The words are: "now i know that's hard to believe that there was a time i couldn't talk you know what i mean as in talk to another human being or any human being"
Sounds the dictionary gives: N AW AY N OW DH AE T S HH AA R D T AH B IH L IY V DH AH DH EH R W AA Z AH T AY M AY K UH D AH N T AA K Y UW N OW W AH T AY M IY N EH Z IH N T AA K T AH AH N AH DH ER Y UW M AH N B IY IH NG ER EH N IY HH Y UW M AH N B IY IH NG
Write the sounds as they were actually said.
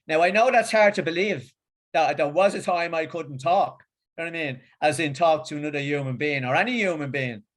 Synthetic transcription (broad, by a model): N AW AY N OW DH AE T S HH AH R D T AH B IH L IY V DH AH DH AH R W AA Z AH T AY M AY K UH D N T AA K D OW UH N AY M IY N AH Z IH N T AA K T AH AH N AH DH ER Y UW M AH N B IY IH NG ER EH N IY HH Y UW M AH N B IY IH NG